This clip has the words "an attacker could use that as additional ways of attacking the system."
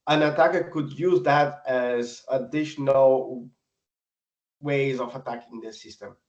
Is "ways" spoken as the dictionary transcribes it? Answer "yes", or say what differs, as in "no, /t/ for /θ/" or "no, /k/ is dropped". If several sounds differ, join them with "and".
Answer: yes